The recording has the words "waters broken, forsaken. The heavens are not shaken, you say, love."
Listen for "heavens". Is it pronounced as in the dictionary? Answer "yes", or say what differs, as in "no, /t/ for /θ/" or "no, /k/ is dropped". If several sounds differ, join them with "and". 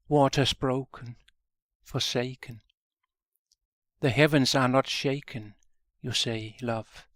yes